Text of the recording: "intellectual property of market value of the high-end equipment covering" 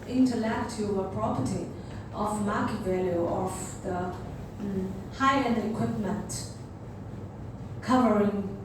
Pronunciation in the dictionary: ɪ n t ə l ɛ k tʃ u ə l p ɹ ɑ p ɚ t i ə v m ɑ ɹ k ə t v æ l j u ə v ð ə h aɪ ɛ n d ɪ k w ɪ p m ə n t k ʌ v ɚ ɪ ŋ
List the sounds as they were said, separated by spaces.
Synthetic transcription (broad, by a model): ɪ n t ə l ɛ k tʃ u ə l p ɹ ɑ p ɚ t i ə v m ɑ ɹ k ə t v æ l j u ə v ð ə h aɪ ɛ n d ɪ k w ɪ p m ə n t k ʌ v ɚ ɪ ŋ